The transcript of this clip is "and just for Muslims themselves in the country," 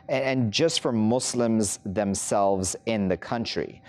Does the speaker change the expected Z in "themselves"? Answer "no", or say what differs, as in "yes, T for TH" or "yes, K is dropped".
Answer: no